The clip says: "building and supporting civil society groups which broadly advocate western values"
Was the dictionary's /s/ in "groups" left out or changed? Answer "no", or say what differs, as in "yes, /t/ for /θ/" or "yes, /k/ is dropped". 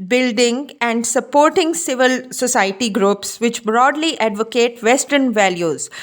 no